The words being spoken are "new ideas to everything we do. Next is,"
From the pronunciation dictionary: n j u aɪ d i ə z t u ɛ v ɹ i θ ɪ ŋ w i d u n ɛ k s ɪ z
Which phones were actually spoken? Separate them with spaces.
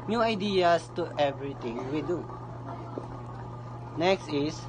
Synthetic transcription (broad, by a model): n j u aɪ d i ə s t u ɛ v ɹ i t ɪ ŋ w i d u n ɛ k s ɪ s